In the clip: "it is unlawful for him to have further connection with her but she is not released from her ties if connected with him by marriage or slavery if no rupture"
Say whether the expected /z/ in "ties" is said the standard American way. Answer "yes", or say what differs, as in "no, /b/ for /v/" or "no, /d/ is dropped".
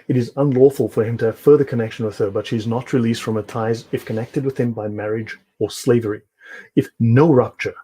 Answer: yes